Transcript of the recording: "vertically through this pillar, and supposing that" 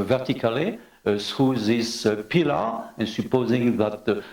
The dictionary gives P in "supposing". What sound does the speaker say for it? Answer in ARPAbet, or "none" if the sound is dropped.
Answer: P